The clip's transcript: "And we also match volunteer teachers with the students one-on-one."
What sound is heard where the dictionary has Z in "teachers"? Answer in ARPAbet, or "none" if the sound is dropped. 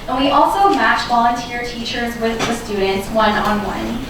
Z